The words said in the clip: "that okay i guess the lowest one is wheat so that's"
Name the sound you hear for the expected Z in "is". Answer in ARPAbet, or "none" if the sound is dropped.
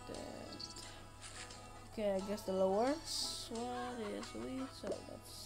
S